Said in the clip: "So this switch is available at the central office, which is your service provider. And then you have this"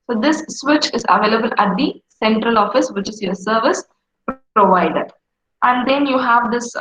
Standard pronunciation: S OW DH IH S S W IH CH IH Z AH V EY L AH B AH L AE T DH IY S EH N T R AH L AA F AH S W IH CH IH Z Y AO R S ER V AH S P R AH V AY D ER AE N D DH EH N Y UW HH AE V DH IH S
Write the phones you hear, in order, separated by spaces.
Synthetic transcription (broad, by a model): S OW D IH S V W IH CH IH Z AH V EY L AH B AH L AE T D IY S EH N T R AH L AA F AH S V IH CH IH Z Y AO R S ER V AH S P R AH V AY D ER AE N D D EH N Y UW HH AE V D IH S